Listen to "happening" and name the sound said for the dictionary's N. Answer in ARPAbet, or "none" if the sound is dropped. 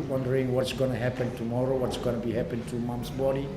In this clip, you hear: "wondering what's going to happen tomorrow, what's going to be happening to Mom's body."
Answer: none